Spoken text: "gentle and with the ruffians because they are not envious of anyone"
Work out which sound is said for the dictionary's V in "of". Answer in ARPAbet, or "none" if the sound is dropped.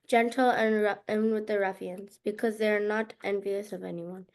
V